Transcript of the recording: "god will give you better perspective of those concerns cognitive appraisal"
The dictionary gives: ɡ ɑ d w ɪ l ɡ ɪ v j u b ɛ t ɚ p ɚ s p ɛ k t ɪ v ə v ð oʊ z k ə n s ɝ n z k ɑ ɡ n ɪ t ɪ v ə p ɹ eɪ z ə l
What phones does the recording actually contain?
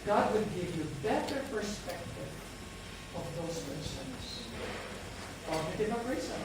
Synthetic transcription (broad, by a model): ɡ ɑ d w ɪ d ɡ ɪ v j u b ɛ t ɚ p ɚ s p ɛ k t ɪ v ə v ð oʊ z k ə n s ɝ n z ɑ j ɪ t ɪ ə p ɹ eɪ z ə